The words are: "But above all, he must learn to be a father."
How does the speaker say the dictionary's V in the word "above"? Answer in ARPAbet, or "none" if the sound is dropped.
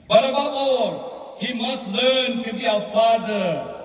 B